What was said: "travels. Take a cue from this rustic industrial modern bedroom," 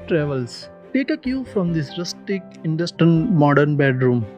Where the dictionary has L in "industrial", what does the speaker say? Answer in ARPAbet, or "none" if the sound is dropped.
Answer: N